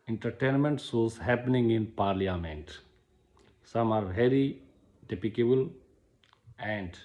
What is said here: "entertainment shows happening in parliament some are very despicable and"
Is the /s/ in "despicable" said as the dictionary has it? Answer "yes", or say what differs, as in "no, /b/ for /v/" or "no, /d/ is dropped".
no, /s/ is dropped